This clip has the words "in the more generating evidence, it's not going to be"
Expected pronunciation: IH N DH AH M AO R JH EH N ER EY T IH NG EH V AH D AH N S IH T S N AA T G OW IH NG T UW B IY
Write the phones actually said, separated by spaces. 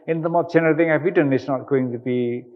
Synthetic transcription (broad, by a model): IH N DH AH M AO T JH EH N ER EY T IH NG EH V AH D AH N IH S N AA T G OW IH NG T UW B IY